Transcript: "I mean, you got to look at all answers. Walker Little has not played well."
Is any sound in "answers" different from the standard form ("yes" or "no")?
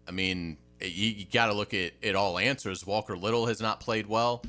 no